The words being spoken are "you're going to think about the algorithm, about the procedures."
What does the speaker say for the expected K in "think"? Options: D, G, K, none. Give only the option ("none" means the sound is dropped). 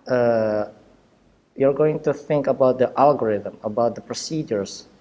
K